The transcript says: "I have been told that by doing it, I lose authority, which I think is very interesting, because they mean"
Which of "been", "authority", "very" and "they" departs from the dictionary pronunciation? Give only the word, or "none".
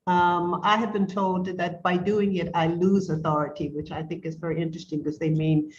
none